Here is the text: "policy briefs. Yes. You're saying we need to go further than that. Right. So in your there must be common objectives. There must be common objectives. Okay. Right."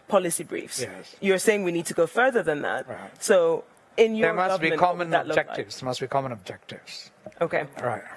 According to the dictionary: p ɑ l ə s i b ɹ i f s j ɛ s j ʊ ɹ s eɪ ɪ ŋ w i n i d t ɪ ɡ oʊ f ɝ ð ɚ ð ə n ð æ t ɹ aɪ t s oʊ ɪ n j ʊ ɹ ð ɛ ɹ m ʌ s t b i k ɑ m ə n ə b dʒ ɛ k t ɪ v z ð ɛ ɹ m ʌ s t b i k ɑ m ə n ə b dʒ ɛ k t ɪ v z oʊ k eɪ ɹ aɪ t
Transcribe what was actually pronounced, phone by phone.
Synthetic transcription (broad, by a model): p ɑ l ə s i b ɹ i f s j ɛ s j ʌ ɹ s eɪ ɪ ŋ w i n i d t ɪ ɡ oʊ f ɝ ð ɚ ð ə n ð æ t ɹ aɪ s oʊ ɪ n j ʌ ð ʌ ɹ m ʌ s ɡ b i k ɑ m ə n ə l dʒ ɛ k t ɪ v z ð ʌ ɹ m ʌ s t b i k ɑ m ə n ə b dʒ ɛ k t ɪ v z oʊ k eɪ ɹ aɪ t